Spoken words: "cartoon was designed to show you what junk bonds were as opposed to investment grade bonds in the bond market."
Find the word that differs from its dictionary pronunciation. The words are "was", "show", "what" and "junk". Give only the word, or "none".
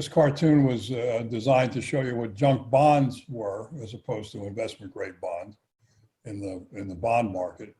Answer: none